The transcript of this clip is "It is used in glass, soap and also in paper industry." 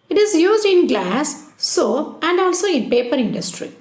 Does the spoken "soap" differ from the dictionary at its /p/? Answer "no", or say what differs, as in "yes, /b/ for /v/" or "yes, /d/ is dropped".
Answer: yes, /p/ is dropped